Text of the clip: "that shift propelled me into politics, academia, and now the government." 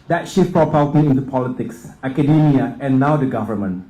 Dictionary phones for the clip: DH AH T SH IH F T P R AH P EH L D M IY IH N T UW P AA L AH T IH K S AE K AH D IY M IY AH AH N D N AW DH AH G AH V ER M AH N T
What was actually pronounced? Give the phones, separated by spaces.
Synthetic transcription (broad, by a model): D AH T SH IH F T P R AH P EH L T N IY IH N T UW P AA L AH T IH K S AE K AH D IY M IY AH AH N N AW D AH G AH V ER M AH N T